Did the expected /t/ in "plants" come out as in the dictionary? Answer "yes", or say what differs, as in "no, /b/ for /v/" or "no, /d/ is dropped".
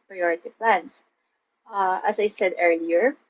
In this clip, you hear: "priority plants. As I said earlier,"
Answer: no, /s/ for /t/